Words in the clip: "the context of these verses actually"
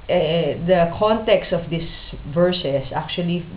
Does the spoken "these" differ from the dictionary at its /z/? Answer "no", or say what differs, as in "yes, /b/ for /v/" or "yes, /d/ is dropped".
yes, /s/ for /z/